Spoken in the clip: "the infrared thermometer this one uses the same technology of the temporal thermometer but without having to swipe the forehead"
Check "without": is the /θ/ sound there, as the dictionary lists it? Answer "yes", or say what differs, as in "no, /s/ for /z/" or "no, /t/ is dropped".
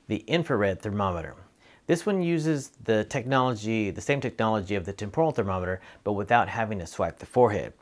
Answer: yes